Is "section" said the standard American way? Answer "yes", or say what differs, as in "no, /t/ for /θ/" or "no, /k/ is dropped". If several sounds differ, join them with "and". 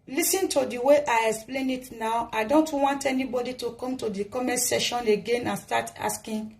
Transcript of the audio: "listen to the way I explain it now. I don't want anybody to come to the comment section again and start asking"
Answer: no, /k/ is dropped